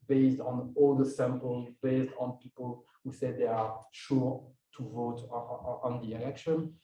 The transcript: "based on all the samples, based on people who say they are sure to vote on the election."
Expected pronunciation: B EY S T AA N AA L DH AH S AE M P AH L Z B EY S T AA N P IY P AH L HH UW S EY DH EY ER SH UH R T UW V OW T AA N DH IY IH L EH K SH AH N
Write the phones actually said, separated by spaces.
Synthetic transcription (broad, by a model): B EY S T AA N AA L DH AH S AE M P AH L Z B EY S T AA N P IY P AH L HH UW S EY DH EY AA SH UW R T UW V OW T AA N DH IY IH L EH K SH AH N